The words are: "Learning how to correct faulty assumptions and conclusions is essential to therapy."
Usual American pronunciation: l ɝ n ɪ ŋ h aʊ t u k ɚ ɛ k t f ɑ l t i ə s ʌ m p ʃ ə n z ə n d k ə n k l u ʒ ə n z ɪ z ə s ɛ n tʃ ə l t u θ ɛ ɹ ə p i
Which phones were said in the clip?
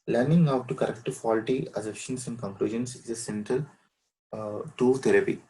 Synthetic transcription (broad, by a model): l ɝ n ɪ ŋ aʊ t u k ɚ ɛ k t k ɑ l t i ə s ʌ p ʃ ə n s ə n d k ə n k l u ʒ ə n s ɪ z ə s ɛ n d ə l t u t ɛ ɹ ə p i